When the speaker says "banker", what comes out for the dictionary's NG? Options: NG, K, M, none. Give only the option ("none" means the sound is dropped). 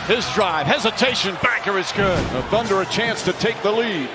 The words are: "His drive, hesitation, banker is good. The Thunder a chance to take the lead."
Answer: none